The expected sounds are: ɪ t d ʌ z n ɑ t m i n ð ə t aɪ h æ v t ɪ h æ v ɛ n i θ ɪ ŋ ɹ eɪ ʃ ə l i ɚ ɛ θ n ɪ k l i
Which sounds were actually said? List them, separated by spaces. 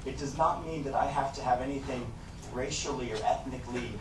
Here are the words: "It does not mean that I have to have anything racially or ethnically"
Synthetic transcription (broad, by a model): ɪ t d ʌ z n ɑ t m i n ð ə t aɪ h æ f t ɪ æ v ɛ n i θ ɪ ŋ ɹ eɪ ʃ l i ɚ ɛ θ n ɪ k l i